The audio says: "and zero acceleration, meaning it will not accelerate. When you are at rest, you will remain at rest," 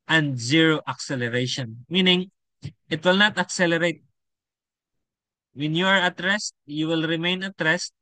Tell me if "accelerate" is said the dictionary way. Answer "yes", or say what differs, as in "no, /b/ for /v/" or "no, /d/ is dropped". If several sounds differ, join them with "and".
yes